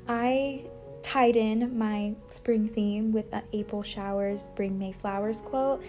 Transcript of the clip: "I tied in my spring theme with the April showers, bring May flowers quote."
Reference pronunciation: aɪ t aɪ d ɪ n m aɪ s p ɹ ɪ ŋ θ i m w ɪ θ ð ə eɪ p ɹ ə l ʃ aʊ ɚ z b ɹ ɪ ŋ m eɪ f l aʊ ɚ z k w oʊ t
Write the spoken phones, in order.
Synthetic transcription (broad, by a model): aɪ t aɪ d ɪ n m aɪ s p ɹ ɪ ŋ θ i m w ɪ ð ə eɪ p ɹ l ʃ aʊ ɚ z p ɹ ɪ ŋ m eɪ f l aʊ ɚ z k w oʊ t